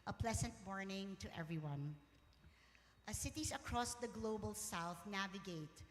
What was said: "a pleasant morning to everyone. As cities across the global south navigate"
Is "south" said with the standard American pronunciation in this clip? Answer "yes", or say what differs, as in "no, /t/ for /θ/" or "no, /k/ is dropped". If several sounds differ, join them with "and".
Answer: yes